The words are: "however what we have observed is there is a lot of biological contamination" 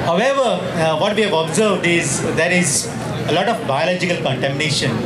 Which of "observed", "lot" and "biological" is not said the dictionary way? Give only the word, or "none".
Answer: none